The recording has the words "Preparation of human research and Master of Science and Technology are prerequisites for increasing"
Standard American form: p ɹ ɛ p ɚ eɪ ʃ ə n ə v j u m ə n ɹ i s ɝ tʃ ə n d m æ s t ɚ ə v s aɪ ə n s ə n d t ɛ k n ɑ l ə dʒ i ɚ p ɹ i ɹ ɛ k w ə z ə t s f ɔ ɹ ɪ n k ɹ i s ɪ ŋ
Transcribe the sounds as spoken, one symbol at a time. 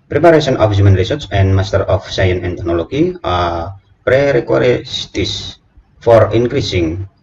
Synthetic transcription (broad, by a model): p ɹ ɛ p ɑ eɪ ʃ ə n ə f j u m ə n ɹ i s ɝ s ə n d m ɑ s t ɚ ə f s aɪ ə n ə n t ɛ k n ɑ l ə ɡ i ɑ p ɹ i ɹ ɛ k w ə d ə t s f ɔ ɹ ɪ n k ɹ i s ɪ ŋ